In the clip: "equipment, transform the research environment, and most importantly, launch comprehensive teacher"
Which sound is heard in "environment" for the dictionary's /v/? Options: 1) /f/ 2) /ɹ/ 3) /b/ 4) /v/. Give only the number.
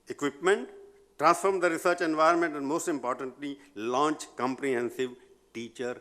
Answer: 4